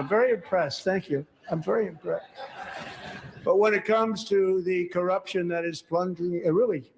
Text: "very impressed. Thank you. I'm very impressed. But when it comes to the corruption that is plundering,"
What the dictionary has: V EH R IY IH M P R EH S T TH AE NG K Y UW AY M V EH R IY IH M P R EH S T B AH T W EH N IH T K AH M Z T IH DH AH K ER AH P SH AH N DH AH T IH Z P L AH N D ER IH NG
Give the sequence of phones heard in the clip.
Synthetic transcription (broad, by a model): V EH R IY IH M P R EH S T TH AE NG K Y UW AY M V EH R IY IH M P R EH S T B AH T W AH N IH T K AH M Z T IH DH AH K ER AH P SH AH N DH AH T IH Z P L AH N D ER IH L